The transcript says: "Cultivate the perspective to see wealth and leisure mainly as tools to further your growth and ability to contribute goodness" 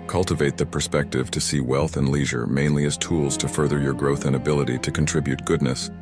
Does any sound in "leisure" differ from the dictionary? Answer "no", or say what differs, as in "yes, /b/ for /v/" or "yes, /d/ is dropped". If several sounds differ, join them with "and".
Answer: no